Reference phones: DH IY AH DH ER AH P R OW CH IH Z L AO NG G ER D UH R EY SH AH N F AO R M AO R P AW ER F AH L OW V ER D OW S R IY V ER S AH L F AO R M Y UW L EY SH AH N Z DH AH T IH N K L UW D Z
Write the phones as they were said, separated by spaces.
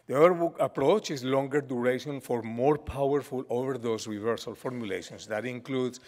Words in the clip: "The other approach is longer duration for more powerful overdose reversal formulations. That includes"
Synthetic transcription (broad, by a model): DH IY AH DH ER AH P R OW CH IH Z L AO NG G ER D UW R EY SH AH N F AO R M AO R P AW ER F AH L OW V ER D OW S R IY V ER S AH L F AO R M Y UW L EY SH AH N S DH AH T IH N K L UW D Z